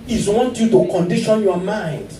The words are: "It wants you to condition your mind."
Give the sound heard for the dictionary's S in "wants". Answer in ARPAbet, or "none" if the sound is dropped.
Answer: none